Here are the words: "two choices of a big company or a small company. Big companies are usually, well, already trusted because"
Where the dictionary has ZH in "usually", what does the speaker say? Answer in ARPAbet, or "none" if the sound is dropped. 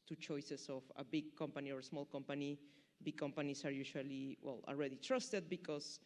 SH